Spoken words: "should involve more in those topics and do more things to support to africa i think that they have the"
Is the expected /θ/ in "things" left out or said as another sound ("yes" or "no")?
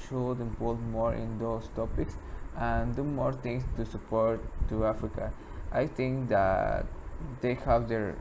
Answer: yes